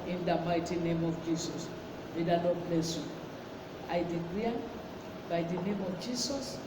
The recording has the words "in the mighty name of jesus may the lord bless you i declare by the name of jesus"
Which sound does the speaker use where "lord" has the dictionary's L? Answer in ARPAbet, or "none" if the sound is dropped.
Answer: N